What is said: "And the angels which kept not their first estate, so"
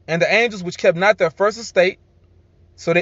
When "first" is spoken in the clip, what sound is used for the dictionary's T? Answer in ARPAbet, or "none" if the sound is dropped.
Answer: T